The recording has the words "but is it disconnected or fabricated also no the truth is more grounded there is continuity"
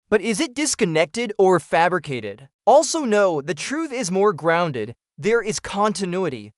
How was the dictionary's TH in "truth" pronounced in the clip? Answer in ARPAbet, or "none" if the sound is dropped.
TH